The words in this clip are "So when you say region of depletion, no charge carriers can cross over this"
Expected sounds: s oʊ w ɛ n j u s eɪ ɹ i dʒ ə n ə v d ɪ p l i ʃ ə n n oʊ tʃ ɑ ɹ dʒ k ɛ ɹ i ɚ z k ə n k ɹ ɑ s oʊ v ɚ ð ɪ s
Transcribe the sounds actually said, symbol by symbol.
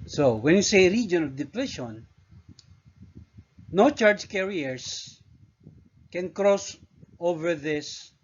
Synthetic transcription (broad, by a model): s oʊ w ɛ n j u s eɪ ɹ i dʒ ə n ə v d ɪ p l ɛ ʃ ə n n oʊ tʃ ɑ ɹ dʒ k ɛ ɹ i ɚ s k ə n k ɹ ɑ s oʊ v ɚ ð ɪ s